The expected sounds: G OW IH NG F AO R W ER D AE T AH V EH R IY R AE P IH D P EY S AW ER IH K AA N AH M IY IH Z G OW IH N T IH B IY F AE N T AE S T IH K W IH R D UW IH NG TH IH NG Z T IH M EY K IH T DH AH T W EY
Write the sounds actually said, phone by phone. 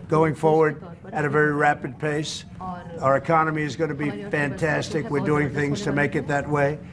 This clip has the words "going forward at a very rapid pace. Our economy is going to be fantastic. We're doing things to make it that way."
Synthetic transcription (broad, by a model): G OW IH NG F AO R W ER D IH T AH V EH R IY R AE P IH D P EY S AW ER IH K AA N AH M IY IH Z G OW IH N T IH B IY F AE N T AE S T IH K W IH R D UW IH NG TH IH NG Z T IH M EY K IH T DH AH T W EY